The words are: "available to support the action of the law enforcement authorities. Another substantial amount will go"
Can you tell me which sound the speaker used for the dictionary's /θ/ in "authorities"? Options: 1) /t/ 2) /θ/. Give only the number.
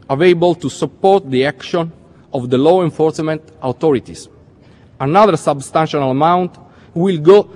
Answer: 1